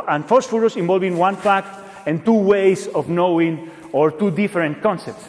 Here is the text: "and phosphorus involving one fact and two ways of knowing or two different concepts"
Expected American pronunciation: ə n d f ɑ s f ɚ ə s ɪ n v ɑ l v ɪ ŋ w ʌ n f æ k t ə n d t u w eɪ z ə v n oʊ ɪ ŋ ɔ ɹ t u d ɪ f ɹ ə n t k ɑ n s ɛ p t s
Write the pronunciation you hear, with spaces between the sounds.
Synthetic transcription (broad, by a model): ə n f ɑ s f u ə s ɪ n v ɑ l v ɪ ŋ w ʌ n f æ k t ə n t u w eɪ s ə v n oʊ ɪ ŋ ɔ ɹ t u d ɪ f ɹ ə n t k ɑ n s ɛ p t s